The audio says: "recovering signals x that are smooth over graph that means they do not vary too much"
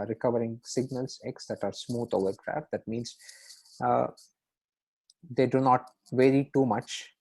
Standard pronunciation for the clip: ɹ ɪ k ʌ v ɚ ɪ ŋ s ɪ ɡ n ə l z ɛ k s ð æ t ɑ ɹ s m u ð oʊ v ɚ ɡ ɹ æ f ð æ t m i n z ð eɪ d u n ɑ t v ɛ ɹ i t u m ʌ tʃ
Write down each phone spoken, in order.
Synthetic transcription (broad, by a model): ɹ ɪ k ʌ v ɚ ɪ ŋ s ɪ ɡ n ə l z ɛ k s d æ t ɑ ɹ s m u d oʊ v ɚ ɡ ɹ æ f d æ t m i n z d eɪ d u n ɑ t v ɛ ɹ i t u m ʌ tʃ